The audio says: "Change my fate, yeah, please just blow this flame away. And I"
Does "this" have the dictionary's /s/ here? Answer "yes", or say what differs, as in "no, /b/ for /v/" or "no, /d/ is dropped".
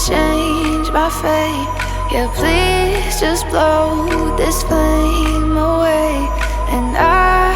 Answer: yes